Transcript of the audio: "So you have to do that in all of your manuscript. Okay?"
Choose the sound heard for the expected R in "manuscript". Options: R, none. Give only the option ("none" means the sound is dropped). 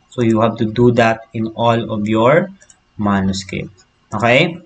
none